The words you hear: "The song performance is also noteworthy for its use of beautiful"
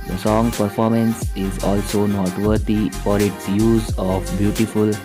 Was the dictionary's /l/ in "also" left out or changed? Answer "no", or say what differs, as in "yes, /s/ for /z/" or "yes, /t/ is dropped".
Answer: no